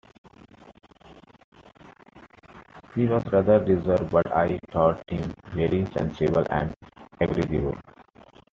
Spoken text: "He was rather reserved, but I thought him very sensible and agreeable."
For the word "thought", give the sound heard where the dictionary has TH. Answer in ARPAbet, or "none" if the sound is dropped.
T